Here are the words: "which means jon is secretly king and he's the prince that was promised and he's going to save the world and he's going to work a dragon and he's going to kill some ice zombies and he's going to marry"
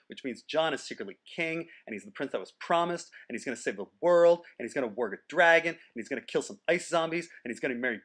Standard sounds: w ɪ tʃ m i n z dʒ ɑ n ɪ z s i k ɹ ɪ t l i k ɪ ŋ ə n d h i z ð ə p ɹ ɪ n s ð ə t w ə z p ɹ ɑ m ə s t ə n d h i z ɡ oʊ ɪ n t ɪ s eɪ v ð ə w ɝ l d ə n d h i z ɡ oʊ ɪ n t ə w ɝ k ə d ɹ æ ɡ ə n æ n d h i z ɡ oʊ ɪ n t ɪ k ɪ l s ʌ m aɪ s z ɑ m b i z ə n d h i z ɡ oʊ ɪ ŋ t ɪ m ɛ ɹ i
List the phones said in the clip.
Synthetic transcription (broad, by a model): w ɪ tʃ m i n z dʒ ɑ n ɪ z s i k ɹ ɪ t l i k ɪ ŋ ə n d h i z ð ə p ɹ ɪ n s ð ə t w ə z p ɹ ɑ m ə s t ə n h i z ɡ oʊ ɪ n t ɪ s eɪ v ð ə w ɝ l d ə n h i z ɡ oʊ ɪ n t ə w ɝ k ə d ɹ æ ɡ ə n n h i z ɡ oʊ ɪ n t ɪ k ɪ l s ʌ m aɪ s z ɑ m b i z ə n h i z ɡ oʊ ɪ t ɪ m ɛ ɹ i